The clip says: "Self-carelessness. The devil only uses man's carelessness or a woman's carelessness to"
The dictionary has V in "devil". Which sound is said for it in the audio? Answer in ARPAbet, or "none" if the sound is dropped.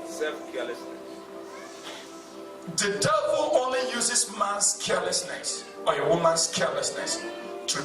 B